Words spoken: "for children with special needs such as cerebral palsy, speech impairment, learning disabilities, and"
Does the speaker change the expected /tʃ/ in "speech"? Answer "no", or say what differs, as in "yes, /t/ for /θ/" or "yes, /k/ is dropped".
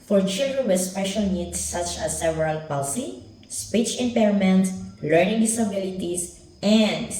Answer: no